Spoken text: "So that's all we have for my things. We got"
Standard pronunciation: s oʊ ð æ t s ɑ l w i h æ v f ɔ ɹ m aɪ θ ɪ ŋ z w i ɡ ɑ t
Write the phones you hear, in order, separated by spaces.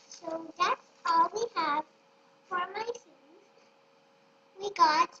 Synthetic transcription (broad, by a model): s oʊ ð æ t s ɑ l w i h æ v f ɔ ɹ m aɪ s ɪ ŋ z w i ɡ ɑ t